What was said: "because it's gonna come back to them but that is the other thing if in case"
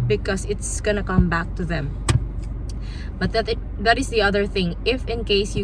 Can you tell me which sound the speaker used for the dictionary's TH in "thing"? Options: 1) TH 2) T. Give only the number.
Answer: 1